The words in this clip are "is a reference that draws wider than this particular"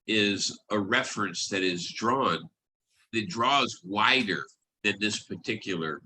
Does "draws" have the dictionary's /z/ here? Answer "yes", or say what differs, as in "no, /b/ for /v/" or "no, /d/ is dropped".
yes